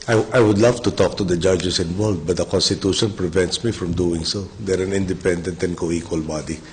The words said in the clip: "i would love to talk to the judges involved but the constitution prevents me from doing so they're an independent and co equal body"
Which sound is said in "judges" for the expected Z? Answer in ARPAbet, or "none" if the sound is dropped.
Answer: S